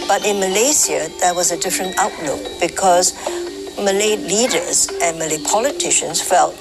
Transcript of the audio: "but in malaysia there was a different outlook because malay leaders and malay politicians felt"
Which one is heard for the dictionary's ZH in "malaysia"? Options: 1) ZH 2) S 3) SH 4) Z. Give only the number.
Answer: 2